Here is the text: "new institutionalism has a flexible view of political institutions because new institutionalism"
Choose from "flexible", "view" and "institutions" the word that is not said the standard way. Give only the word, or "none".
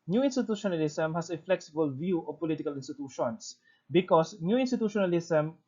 institutions